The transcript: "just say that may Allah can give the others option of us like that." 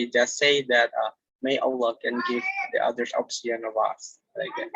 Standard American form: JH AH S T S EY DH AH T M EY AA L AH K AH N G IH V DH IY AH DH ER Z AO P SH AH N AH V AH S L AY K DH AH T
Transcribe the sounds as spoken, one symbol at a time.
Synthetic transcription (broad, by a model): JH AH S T S EY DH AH T M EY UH L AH K AH N G IH V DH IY AH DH ER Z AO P S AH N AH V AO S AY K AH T